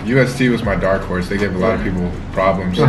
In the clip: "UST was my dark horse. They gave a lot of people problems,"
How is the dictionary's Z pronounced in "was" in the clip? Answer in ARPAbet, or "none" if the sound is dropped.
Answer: Z